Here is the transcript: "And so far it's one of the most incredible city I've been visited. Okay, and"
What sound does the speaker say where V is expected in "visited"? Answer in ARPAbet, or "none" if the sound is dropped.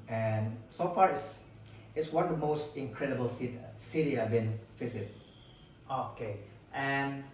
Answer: F